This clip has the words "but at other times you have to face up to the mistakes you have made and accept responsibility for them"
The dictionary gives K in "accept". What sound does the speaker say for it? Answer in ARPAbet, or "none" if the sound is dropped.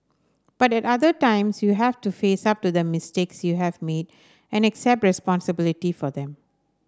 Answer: K